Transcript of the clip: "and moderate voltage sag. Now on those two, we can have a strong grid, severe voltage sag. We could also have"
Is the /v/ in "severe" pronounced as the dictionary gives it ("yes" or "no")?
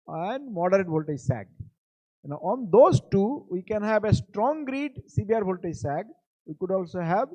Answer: no